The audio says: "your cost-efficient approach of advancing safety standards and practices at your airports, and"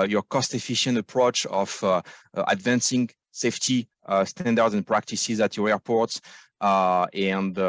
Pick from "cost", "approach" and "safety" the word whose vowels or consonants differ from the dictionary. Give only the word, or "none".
none